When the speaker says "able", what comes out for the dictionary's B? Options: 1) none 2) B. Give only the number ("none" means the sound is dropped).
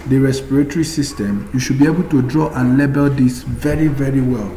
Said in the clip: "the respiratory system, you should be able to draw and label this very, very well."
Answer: 2